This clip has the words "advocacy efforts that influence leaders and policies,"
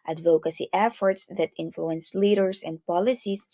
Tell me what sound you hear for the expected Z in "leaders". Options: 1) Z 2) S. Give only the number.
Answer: 2